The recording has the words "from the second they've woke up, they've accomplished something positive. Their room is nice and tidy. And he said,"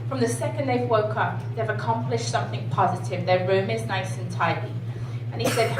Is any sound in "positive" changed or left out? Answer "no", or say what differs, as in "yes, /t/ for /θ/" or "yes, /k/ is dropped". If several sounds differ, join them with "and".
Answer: no